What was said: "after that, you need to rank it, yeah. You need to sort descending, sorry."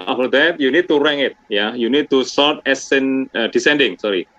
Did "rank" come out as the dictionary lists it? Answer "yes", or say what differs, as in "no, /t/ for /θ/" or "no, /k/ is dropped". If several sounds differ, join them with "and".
no, /k/ is dropped